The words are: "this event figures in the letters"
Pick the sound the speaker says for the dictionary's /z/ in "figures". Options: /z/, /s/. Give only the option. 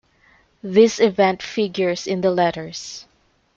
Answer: /s/